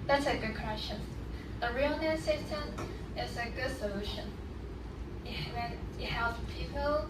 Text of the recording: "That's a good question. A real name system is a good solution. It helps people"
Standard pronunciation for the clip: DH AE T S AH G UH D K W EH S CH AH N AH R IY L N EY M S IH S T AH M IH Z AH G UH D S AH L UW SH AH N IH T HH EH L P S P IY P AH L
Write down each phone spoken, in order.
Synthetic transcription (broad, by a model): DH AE T S AH G UH D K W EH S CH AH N AH R IY L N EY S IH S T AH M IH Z AH G UH D S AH L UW SH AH N IH T HH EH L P P IY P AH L